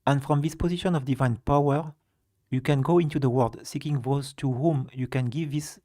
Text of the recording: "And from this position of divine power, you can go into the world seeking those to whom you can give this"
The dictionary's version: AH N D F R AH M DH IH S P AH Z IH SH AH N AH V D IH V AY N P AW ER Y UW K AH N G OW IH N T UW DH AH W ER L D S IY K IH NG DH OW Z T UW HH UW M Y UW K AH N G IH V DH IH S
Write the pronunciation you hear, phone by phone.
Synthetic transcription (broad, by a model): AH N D F R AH M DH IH S P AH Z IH SH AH N AH V D IH V AY N P AW ER Y UW K AH N G OW IH N T UW DH AH W ER L D S IY K IH NG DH OW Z T UW HH UW M Y UW K AH N G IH V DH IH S